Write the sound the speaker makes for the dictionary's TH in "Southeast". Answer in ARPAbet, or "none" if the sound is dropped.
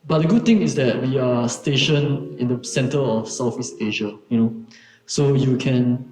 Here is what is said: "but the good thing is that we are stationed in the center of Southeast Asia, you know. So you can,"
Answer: F